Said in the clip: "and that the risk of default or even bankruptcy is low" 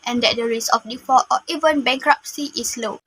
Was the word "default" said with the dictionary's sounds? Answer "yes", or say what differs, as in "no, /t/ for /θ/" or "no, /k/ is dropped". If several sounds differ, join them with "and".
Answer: no, /l/ is dropped